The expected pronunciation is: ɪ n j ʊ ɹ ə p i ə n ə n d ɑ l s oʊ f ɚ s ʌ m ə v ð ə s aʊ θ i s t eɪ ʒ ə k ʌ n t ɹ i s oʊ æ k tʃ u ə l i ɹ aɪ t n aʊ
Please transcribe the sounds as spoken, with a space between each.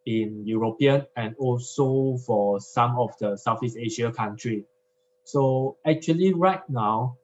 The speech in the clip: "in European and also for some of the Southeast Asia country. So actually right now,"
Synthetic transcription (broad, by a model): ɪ n j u ɹ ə p i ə n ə n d ɑ l s oʊ f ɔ s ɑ m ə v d ə s aʊ f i s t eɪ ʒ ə k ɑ n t ɹ i s oʊ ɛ k tʃ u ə l i ɹ aɪ t n aʊ